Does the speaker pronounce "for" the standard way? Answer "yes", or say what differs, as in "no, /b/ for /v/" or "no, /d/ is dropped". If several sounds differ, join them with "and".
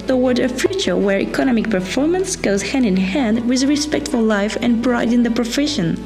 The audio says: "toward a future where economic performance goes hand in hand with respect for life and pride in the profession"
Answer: no, /l/ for /ɹ/